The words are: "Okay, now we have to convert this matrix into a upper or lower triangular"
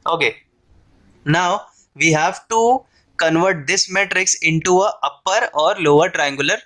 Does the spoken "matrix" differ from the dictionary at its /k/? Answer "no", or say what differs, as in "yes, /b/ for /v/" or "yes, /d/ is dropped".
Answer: no